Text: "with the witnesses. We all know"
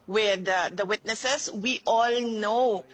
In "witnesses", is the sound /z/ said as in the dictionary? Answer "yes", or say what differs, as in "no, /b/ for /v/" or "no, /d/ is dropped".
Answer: no, /s/ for /z/